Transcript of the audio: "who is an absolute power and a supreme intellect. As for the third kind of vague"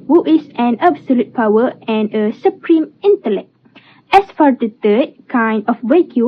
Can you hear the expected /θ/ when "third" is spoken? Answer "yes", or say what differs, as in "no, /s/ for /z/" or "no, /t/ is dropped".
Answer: no, /t/ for /θ/